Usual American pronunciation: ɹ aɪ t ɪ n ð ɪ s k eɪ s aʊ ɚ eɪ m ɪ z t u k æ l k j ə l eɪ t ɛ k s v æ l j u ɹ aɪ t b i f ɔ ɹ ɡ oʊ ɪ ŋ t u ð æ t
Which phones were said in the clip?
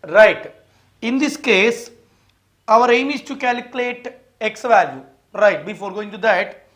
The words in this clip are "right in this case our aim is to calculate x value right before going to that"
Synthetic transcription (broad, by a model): ɹ aɪ t ɪ n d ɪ s k eɪ s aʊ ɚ eɪ m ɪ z t u k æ l k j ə l eɪ t ɛ k s v æ l j u ɹ aɪ t b i f ɔ ɹ ɡ oʊ ɪ ŋ t u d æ t